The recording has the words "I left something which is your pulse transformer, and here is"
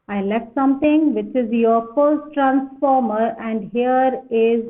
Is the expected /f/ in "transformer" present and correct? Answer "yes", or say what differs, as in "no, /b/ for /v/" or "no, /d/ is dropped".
yes